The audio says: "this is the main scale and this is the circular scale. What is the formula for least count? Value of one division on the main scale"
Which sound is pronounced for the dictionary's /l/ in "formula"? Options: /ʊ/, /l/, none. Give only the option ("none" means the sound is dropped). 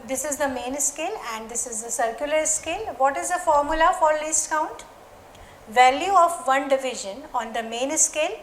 /l/